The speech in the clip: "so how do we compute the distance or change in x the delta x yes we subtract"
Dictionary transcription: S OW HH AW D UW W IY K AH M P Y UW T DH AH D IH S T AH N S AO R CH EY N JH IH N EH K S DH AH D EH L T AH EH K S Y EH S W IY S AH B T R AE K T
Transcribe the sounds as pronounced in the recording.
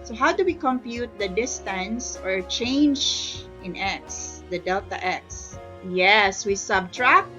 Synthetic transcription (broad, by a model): S OW HH AW D UW W IY K AH M P Y UW T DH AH D IH S T AH N S AO R CH EY N JH IH N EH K S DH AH D EH L T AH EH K S Y EH S W IY S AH B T R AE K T